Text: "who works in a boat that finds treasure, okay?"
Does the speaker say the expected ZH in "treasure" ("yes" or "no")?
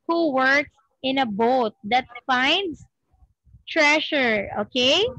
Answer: no